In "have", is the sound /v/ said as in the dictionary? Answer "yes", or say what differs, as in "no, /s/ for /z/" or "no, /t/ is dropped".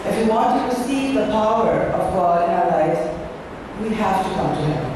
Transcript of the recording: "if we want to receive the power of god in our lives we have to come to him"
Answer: no, /f/ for /v/